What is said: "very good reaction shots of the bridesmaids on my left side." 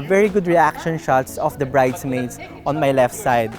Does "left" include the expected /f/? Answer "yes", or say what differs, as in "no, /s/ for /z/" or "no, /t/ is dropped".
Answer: yes